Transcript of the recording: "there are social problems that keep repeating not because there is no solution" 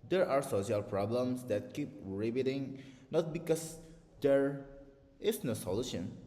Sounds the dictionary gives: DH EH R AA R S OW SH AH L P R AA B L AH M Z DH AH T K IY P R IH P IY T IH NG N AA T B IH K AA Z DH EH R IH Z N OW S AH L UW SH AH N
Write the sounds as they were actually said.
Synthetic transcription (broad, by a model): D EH R AA R S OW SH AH L P R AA B L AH M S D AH T K IY P R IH B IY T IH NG N AA T B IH K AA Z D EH R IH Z N OW S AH L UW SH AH N